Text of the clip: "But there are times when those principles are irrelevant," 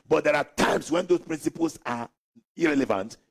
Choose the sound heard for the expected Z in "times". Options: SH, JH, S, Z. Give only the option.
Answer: S